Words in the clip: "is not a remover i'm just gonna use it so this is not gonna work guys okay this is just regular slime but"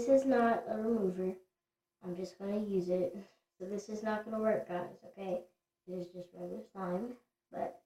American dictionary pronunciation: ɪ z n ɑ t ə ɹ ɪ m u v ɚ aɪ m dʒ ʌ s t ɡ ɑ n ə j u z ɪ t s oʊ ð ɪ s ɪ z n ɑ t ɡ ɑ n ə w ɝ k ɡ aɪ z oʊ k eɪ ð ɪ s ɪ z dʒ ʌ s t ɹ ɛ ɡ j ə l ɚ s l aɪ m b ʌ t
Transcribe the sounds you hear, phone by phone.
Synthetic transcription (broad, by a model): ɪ z n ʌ t ə ɹ ɪ m u v ɚ aɪ m dʒ ʌ s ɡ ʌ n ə j u z ɪ t s oʊ ð ɪ s ɪ z n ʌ t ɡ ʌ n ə w ɝ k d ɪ s oʊ k eɪ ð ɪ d ɪ z dʒ ʌ s t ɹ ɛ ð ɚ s aɪ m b ʌ t